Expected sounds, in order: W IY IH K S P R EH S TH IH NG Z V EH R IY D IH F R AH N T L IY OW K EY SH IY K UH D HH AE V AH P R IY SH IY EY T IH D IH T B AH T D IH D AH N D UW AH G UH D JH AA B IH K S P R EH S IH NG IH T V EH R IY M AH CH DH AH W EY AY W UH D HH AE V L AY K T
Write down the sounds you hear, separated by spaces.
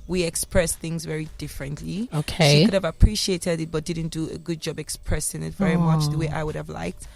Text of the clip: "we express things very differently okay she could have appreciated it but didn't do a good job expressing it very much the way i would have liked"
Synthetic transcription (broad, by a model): W IY IH K S P R EH S TH IH NG Z V EH R IY D IH F R AH N T L IY OW K EY SH IY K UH D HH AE V AH P R IY SH IY EY T IH D IH T B AH T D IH D N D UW AH G UH D JH AA B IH K S P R EH S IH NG IH T V EH R IY M AH CH DH AH W EY AY W UH D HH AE V L AY K T